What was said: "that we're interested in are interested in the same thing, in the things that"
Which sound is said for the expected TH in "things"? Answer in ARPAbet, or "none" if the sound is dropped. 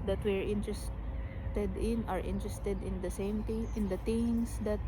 T